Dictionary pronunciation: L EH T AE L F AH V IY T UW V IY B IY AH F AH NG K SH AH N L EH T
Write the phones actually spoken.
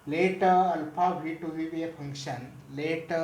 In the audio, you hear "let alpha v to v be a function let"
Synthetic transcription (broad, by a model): L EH T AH L P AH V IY T UW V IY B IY AH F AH NG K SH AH N L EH T